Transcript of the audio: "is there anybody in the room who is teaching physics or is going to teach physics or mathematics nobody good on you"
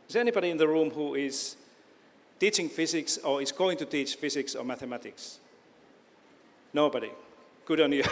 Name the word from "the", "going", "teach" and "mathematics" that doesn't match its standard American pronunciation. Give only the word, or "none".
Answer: none